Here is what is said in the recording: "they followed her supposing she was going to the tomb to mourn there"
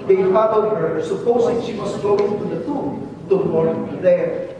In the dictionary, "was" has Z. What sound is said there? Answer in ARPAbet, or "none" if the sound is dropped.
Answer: S